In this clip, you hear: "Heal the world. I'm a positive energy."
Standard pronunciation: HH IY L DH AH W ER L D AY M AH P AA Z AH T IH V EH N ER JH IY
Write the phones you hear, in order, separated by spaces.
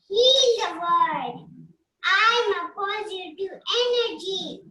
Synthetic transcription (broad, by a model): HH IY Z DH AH W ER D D AY M AH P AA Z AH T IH EH N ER JH IY